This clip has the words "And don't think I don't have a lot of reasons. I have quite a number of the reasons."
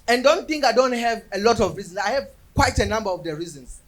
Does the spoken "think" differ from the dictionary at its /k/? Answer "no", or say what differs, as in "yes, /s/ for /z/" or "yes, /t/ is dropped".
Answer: no